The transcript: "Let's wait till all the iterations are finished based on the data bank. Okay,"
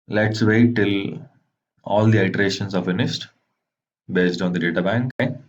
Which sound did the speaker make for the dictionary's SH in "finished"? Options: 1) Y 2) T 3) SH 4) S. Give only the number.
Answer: 4